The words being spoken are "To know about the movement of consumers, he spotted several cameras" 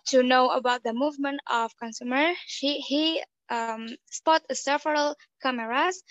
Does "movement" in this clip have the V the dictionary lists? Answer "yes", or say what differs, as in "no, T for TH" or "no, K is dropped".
yes